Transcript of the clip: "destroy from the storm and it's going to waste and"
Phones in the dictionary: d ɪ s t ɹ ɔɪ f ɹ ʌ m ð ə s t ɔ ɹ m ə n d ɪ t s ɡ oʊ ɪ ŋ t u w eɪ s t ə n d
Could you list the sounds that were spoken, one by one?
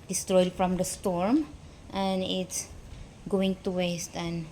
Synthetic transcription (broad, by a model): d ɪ s t ɹ ɔɪ f ɹ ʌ m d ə s t ɔ ɹ m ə n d ɪ t s ɡ oʊ ɪ ŋ t u w eɪ s t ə n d